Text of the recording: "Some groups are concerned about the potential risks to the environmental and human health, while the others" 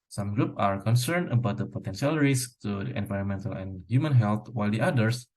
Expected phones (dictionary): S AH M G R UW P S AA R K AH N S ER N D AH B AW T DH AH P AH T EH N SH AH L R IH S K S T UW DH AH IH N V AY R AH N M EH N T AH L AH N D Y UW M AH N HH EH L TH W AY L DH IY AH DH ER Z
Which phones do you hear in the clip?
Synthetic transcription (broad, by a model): S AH M G R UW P AA R K AH N S ER N D AH B AW T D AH P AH T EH N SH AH L R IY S S T UW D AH IH N V AY R AH N M EH N T AH L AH N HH Y UW M AH N HH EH L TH W AY L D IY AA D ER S